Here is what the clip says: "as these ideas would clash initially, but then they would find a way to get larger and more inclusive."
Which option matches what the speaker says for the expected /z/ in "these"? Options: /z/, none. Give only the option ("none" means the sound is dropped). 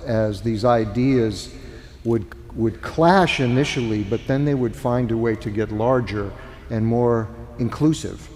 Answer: /z/